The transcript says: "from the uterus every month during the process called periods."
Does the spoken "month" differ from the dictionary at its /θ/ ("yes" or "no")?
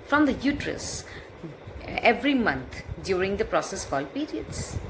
yes